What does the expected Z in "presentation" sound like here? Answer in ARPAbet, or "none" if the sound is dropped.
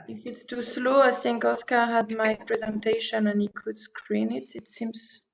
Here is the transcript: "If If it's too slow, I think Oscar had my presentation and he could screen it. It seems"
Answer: Z